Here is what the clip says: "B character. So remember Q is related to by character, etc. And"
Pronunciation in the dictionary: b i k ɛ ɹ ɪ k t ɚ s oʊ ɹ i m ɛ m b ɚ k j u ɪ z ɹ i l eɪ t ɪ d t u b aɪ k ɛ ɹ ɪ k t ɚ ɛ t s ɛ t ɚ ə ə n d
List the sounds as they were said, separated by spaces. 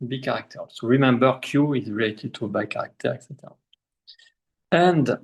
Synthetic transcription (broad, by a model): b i k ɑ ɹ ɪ k t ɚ s oʊ ɹ i m ɛ m b ɚ k j u ɪ z ɹ i l eɪ t ɪ d t u b aɪ k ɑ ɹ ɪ k t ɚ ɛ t s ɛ t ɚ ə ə n d